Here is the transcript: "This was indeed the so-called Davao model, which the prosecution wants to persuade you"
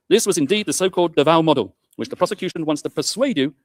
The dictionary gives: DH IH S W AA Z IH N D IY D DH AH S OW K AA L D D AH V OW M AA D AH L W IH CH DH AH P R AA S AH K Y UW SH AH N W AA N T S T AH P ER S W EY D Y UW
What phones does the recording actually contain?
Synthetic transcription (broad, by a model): DH IH S W AA Z IH N D IY D DH AH S OW K AA L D D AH V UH M AA D AH L W IH CH DH AH P R AA S AH K Y UW SH AH N W AA N T S T AH P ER S W EY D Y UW